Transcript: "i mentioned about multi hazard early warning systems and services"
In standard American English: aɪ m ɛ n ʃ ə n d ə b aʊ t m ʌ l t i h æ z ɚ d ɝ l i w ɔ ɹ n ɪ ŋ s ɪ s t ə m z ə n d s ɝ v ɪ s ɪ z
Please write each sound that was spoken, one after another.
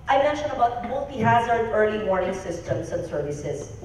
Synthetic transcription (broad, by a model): aɪ m ɛ n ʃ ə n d ə b aʊ t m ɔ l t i h æ z ɚ d ɝ l i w ɔ ɹ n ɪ ŋ s ɪ s t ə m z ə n s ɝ v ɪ s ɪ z